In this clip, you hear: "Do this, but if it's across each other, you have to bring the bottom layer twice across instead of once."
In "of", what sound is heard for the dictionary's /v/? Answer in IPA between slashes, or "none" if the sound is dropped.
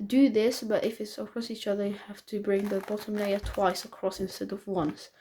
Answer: /v/